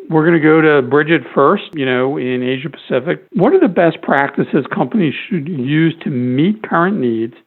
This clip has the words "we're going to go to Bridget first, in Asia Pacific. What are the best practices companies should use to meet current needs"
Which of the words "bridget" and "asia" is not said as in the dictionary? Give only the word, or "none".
none